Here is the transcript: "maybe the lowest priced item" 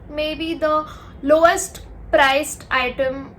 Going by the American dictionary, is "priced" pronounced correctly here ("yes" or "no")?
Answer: yes